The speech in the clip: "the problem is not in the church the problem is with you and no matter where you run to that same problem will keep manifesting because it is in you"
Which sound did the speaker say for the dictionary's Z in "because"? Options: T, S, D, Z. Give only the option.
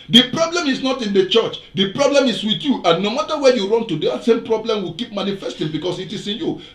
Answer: S